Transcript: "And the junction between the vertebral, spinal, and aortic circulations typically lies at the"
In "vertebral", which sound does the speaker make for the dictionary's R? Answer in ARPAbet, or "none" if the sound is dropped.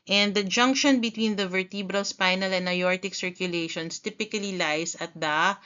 R